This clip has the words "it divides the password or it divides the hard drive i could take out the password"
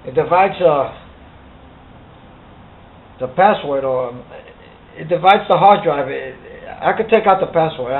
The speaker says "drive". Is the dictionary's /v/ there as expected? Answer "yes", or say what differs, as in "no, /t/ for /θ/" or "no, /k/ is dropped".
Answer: yes